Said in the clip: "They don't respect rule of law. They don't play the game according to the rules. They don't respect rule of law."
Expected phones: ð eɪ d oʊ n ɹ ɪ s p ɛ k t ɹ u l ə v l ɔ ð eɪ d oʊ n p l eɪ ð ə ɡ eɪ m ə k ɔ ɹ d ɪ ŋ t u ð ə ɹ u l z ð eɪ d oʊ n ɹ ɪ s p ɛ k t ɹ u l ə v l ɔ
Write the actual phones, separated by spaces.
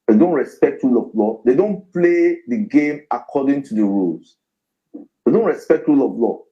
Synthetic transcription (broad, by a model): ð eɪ d oʊ n ɹ ɪ s p ɛ k t ɹ u l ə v l ɔ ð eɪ d oʊ n p l eɪ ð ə ɡ eɪ m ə k ɔ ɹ d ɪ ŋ t u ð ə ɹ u l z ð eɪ d oʊ n ɹ ɪ s p ɛ k t ɹ u l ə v l ɔ